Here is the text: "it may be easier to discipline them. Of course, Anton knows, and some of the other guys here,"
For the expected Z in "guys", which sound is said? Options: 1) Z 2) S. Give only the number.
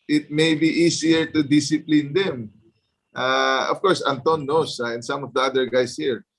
2